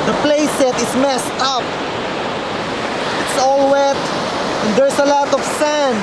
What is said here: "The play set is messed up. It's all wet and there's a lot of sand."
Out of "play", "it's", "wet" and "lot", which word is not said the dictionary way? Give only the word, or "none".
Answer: none